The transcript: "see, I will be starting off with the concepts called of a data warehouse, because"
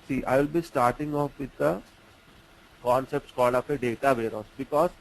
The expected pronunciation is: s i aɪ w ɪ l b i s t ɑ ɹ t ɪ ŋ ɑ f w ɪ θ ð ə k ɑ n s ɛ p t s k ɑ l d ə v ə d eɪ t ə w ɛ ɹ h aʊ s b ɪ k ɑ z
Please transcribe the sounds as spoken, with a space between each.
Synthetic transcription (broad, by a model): s i aɪ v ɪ l b i s t ɑ ɹ t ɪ ŋ ɑ f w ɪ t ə k ɑ n s ɛ p t s k ɑ l d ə f ə d eɪ t ə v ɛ ɹ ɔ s b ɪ k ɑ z